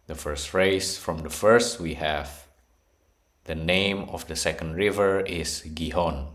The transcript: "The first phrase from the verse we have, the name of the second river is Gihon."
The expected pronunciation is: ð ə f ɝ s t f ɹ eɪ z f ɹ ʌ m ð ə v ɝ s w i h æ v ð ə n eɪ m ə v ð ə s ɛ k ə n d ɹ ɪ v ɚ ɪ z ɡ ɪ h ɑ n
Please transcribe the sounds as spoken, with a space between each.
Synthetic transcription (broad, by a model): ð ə f ɝ s t f ɹ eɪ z f ɹ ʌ m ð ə f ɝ s w i h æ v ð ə n eɪ m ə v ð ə s ɛ k ə n d ɹ ɪ v ɚ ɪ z ɡ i h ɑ n